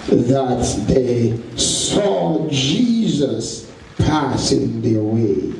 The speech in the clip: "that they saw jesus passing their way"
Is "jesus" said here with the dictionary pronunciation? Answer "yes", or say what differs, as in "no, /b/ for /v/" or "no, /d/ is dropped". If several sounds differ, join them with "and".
yes